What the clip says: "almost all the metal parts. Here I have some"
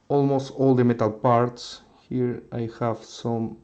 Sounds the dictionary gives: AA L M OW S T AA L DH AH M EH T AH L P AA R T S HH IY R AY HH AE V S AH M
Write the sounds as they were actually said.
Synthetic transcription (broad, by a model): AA L M OW S T AA L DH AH M EH T AH L P AA R T S HH IY R AY HH AE V S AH M